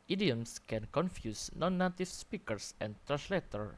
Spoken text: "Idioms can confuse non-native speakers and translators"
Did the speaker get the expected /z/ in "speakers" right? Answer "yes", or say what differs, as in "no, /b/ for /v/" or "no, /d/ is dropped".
no, /s/ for /z/